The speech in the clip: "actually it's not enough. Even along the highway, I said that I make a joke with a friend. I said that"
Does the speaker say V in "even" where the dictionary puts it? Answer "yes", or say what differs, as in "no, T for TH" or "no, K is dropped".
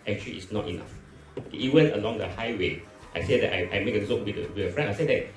no, W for V